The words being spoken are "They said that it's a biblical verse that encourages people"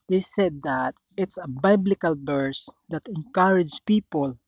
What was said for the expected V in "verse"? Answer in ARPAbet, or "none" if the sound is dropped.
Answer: B